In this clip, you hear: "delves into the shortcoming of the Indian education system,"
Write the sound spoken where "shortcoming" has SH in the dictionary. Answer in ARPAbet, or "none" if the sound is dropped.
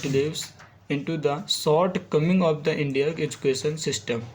S